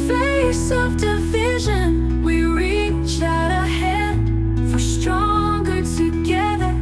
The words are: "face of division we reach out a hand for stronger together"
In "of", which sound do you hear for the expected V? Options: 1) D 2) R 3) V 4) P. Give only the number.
3